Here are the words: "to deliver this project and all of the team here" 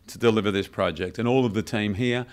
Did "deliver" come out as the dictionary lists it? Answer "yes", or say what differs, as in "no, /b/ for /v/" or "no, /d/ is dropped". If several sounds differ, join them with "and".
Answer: yes